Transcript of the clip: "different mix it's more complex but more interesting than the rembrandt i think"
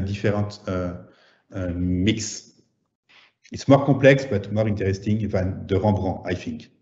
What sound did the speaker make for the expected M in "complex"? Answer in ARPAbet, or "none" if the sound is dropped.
none